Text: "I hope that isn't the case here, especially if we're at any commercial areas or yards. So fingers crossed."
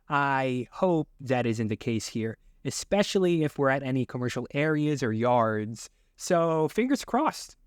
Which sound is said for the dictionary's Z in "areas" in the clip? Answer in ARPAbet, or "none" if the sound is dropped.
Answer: Z